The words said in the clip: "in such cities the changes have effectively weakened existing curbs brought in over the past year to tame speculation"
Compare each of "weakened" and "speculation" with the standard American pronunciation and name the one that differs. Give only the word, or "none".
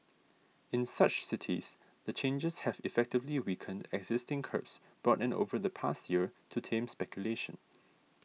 none